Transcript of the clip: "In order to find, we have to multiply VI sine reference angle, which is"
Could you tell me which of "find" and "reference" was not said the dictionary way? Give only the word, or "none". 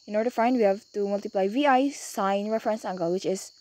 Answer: none